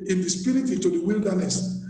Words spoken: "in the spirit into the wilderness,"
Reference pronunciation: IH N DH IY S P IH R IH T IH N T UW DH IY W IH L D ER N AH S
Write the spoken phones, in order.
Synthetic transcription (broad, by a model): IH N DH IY S P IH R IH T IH T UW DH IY W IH L D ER N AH S